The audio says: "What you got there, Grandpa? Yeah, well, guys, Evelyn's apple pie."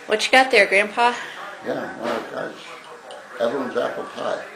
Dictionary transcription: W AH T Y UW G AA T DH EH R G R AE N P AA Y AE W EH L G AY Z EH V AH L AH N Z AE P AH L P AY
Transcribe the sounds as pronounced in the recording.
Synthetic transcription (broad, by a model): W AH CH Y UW G AA T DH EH R G R AE N P AA Y AE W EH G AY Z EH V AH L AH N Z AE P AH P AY